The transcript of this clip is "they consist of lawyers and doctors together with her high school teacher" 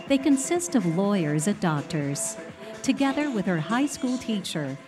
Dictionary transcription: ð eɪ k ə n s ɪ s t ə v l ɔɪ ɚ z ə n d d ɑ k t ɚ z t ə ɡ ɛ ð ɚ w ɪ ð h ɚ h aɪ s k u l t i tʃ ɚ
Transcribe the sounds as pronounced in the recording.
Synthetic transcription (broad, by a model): ð eɪ k ə n s ɪ s t ə v l ɔɪ ɚ z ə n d d ɑ k t ɚ z t ə ɡ ɛ ð ɚ w ɪ ð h ɚ h aɪ s k u l t i tʃ ɚ